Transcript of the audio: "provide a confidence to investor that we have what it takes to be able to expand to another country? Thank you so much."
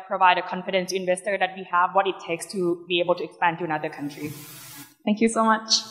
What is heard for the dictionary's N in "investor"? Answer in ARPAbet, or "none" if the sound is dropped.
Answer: none